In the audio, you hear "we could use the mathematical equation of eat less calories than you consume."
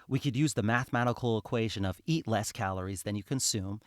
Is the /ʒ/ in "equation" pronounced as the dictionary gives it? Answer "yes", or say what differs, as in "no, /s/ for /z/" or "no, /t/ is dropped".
yes